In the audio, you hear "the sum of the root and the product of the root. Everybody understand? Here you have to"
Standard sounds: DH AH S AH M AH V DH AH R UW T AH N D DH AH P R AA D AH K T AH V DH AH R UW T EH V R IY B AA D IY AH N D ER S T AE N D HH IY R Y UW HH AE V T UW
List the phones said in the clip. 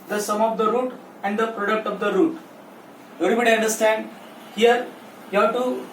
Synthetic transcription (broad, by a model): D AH S AH M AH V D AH R UW T AH N D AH P R AA D AH K T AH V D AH R UW T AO R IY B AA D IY AH N D ER S T AE N D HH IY R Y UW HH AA T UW